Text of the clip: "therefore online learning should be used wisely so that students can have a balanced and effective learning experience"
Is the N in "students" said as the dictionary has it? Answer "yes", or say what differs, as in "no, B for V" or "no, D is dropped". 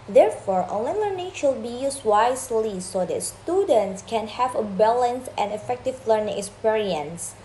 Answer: yes